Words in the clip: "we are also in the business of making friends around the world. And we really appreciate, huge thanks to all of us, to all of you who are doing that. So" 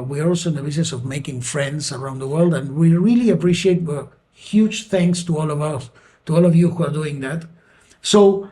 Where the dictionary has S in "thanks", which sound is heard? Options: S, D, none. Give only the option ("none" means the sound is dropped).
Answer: S